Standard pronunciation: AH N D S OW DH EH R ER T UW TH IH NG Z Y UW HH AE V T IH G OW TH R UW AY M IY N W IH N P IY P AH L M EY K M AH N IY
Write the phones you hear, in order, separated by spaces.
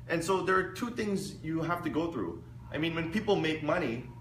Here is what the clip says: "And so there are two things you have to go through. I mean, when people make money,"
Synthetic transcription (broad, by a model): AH N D S OW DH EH R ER T UW TH IH NG Z Y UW HH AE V T IH G OW TH R UW AY M IY N W IH N P IY P L M EY K M AH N IY